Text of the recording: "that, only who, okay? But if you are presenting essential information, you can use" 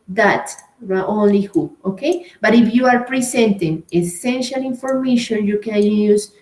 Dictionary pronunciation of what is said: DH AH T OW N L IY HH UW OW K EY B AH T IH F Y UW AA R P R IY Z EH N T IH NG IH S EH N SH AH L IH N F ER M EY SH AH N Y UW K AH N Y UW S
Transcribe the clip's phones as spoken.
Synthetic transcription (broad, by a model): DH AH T OW N L IY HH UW OW K EY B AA T IH F Y UW AA R P R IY S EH N T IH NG IH S EH N SH AH L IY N F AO M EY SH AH N Y UW K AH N Y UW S